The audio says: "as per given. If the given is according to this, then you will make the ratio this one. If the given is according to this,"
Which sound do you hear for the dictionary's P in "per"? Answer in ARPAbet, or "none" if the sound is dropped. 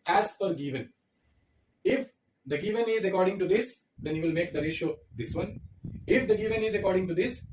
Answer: F